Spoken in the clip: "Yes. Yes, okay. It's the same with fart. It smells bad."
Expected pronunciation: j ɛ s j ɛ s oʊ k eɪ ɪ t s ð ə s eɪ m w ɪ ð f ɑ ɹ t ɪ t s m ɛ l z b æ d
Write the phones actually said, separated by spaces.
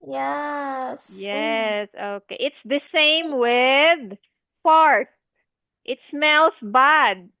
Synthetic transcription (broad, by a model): j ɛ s j ɛ s oʊ k eɪ ɪ t s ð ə s eɪ m w ɪ ð p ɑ ɹ t ɪ t s m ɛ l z b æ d